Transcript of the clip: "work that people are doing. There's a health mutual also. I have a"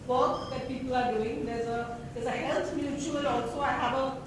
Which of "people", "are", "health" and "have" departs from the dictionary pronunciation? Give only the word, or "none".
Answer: health